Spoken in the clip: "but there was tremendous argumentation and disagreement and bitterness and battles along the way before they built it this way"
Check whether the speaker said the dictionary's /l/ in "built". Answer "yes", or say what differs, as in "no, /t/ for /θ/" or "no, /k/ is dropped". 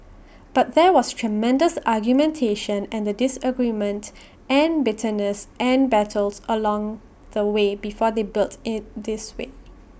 yes